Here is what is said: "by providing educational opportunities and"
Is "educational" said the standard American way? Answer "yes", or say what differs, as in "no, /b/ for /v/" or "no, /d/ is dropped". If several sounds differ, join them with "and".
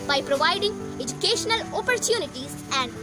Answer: yes